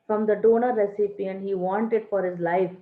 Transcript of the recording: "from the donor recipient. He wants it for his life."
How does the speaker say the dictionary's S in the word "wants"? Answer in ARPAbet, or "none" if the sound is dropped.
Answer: none